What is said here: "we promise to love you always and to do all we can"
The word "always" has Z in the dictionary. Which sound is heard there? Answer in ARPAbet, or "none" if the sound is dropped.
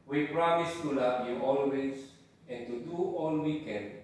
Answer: S